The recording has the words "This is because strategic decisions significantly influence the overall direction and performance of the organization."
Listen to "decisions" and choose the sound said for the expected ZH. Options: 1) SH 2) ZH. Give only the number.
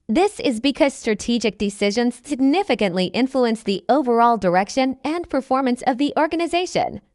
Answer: 2